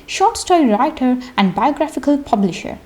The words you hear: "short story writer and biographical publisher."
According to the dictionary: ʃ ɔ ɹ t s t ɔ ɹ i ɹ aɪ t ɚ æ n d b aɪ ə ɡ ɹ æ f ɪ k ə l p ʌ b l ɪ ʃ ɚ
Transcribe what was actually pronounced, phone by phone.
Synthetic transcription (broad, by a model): ʃ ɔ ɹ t s t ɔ i ɹ aɪ t ɚ æ n d b aɪ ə ɡ ɹ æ f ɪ k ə l p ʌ b l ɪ ʃ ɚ